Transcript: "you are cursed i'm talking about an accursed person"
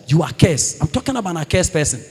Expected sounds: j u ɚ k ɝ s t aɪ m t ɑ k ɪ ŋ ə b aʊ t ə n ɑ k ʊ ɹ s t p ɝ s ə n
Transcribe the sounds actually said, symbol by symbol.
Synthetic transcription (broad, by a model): j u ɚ k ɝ s aɪ m t ɑ k ɪ ŋ ə b aʊ t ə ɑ k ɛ s p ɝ s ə n